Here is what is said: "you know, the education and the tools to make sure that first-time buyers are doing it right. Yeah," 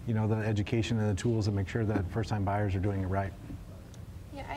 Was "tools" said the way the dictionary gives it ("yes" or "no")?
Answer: yes